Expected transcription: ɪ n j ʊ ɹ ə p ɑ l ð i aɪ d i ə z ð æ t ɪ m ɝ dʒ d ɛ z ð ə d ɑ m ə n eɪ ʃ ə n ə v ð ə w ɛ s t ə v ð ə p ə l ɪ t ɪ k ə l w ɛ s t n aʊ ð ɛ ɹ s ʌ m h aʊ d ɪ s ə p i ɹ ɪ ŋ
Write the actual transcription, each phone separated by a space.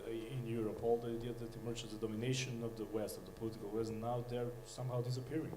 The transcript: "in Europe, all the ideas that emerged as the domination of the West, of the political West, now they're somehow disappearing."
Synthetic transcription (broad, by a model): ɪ n j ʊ ɹ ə p ɑ l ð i aɪ d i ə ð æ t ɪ m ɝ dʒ ɛ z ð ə d ɑ m ə n eɪ ʃ ə n ə v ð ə w ɛ s t ə v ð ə p ə l ɪ t ɪ k ə l w ɛ s t n aʊ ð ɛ ɹ s ʌ m h aʊ d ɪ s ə p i ɹ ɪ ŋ